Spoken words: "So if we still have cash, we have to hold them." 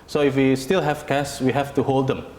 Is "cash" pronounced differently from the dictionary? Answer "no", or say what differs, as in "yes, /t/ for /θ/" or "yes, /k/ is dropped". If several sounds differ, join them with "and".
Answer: yes, /s/ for /ʃ/